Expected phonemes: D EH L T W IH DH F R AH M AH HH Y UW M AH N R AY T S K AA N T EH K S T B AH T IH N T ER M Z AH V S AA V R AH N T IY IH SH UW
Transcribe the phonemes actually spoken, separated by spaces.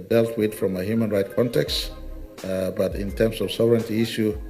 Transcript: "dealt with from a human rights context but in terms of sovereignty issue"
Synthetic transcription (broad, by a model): D EH L T W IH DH F R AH M AH HH Y UW M AH N R AY T K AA N T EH K S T B AH T IH N T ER M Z AH V S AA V R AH N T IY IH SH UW